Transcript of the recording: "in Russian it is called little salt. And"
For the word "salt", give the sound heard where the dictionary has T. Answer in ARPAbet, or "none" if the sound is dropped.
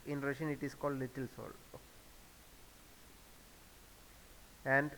none